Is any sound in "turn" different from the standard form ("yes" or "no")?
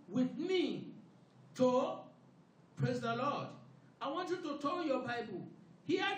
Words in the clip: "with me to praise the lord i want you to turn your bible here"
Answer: yes